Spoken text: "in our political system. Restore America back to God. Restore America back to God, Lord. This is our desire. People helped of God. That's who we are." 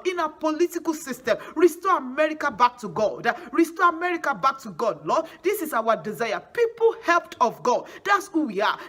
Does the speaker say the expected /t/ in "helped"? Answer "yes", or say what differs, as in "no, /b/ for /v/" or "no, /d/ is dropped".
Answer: yes